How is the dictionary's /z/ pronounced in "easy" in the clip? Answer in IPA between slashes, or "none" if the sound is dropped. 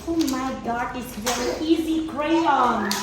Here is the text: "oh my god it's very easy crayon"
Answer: /z/